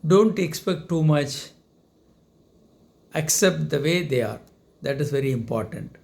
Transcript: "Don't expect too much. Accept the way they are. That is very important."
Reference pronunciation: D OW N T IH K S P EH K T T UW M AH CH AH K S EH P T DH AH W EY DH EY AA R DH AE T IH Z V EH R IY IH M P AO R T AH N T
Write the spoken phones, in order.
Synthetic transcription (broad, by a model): D OW N T IH K S P EH K T T UW M AH CH AH K S EH P T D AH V EY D EY AA R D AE T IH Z V EH R IY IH M P AO R T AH N T